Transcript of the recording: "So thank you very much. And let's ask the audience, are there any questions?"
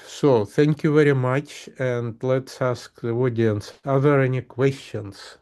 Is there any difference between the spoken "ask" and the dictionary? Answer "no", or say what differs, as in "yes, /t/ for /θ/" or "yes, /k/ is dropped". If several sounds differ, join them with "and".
no